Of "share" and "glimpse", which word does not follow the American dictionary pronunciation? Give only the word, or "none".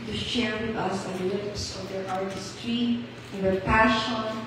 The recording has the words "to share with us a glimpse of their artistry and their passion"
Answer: glimpse